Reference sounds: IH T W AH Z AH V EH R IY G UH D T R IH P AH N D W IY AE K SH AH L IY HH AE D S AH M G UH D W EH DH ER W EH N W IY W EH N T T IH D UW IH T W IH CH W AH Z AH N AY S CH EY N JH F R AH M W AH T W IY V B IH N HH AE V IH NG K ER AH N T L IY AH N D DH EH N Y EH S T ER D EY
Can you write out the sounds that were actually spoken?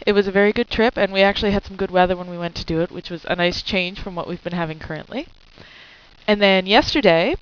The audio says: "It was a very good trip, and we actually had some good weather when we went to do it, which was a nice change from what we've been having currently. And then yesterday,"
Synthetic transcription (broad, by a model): IH T W AH Z AH V EH R IY G UH D T R IH P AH N W IY AE K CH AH L IY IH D S AH M G UH D W EH DH ER W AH N W IY W EH N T T IH D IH IH T W IH CH W AH Z AH N AY S CH EY N ZH F R AH M W AH T W IY V B IH N HH AE V IH NG K ER AH N T L IY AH N DH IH N Y EH S T ER D EY